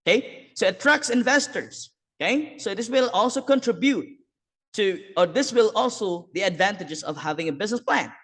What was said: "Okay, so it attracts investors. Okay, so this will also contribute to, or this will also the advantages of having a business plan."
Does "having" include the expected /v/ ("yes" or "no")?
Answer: yes